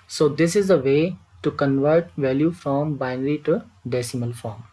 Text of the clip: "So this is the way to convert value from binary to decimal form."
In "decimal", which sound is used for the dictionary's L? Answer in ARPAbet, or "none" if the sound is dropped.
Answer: L